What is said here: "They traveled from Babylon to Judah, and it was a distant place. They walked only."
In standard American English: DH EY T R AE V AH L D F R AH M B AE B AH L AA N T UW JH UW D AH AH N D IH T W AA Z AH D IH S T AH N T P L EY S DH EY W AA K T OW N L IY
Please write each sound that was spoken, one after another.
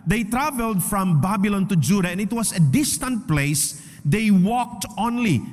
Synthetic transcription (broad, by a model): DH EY T R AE V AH L D F R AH M B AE B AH L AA N T UW JH UW D AH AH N IH T W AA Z AH D IH S T AH N T P L EY S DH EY W AA K T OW N L IY